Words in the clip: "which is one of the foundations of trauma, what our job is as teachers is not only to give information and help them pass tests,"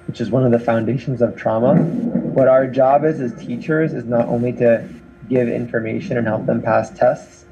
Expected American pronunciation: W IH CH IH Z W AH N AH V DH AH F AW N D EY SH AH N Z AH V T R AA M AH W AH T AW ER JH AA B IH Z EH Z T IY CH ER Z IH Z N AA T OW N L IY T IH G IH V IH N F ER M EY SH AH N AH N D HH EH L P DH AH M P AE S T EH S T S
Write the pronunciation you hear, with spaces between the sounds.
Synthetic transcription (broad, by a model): W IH CH IH Z W AH N AH V DH AH F AW N D EY SH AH N Z AH V T R AA M AH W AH T AW ER JH AA B IH Z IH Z T IY CH ER Z IH Z N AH T OW N L IY T IH G IH V IH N F ER M EY SH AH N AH N HH EH L P DH AH M P AE S T EH S T S